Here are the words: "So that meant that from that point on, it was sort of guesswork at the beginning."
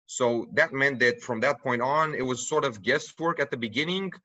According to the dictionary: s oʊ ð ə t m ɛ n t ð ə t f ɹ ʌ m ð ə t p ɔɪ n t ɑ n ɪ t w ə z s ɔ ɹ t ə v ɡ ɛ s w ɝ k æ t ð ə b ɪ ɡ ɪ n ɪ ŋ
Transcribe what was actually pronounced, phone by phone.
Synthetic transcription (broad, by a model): s oʊ ð ə t m ɛ n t ð ə t f ɹ ʌ m ð ə t p ɔɪ n t n ɪ t w ə z s ɔ ɹ t ə v ɡ ɛ s w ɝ k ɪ t ð ə b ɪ ɡ ɪ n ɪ ŋ